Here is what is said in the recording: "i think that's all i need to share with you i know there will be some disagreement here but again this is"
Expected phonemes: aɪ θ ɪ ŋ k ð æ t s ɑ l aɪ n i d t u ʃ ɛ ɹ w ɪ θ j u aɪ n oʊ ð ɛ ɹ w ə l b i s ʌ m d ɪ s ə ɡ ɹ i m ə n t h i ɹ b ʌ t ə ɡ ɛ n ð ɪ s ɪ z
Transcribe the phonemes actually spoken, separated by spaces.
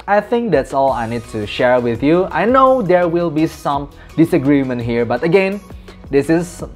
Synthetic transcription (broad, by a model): aɪ θ ɪ ŋ k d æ t s ɑ l aɪ n i d t u ʃ ɛ ɹ w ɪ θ j u aɪ n oʊ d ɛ ɹ w ə l b i s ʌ m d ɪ s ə ɡ ɹ i m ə n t h i ɹ b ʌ t ə ɡ ɛ n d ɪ s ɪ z